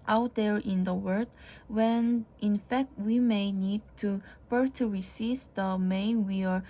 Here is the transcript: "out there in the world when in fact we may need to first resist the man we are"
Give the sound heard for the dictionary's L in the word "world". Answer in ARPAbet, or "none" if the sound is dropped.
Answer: none